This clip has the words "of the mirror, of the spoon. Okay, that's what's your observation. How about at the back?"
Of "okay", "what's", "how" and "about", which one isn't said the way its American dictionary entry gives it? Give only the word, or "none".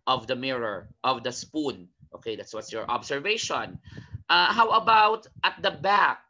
none